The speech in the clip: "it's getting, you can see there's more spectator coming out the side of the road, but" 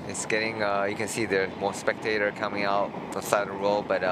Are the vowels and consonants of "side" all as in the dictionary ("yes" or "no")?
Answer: no